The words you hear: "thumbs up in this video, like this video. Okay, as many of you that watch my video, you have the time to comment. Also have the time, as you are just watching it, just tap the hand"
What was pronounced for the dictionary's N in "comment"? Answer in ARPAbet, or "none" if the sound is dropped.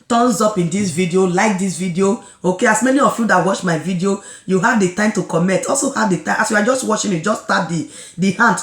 none